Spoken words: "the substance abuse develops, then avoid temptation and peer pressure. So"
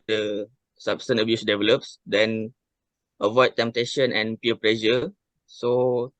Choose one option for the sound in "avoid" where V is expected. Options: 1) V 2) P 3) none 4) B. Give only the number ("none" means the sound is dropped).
1